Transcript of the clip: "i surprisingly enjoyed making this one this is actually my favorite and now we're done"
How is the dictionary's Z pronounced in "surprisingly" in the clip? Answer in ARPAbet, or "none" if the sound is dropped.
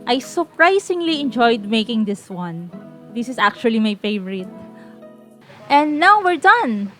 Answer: S